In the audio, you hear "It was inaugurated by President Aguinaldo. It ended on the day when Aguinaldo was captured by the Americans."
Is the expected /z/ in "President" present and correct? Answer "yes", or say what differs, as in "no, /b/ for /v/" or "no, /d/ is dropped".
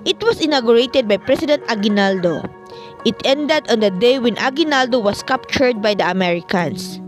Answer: no, /s/ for /z/